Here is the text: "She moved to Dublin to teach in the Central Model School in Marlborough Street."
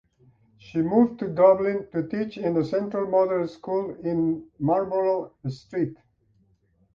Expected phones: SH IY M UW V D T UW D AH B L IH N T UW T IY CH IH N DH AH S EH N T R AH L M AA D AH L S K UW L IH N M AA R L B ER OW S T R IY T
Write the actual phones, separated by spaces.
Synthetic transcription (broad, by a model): SH IY M UW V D T UW D AH B L IH N T UW T IY CH IH N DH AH S EH N T R AH L M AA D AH N S K UW L IH N M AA R B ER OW S T R IY T